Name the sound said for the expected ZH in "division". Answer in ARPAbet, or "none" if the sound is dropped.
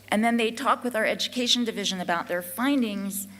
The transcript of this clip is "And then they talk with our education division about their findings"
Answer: ZH